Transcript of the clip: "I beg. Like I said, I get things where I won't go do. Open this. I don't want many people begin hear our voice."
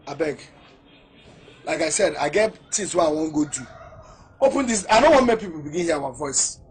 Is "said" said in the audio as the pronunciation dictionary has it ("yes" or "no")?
yes